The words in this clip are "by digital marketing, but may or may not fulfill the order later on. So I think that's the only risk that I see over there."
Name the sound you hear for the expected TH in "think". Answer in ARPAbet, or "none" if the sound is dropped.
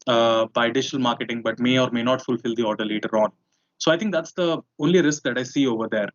T